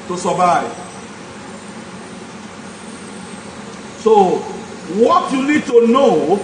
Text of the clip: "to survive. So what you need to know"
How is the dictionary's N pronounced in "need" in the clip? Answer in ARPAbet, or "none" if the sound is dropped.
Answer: L